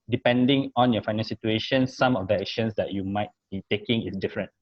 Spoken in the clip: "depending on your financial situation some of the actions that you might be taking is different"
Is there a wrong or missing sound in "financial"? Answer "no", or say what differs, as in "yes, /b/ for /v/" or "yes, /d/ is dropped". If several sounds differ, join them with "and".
yes, /n/ is dropped and /ʃ/ is dropped and /n/ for /l/